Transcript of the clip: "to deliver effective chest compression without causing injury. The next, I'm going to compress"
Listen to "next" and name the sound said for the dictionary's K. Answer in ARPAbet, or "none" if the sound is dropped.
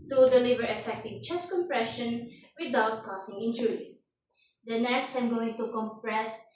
none